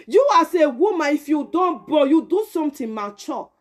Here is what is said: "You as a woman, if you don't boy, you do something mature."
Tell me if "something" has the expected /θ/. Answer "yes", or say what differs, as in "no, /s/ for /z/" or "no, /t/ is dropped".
no, /t/ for /θ/